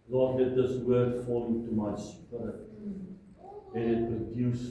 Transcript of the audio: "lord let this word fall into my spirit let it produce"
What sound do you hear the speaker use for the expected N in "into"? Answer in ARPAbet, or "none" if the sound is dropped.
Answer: none